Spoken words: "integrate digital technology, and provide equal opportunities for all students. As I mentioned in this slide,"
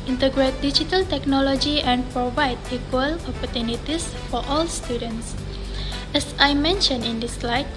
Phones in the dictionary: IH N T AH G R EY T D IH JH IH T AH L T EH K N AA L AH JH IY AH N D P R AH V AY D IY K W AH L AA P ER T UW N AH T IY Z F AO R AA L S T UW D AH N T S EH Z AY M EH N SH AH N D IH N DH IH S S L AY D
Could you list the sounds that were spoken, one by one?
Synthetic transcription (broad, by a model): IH N T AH G R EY T D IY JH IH T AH L T EH K N AA L AH JH IY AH N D P R AH V AY D IY K W AH L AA P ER T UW N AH T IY S F AO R AA L S T UW D AH N T S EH S AY M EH N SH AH N IH N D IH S S L AY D